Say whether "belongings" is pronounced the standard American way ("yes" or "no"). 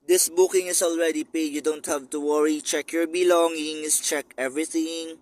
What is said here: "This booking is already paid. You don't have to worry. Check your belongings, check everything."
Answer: no